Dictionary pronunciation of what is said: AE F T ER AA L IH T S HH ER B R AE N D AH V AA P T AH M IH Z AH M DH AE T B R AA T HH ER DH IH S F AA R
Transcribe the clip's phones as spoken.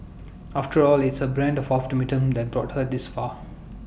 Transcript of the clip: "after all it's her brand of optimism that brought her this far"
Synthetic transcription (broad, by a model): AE F T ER AA L IH T S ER B R AE N D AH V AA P T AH M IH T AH M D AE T B R AA T HH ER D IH S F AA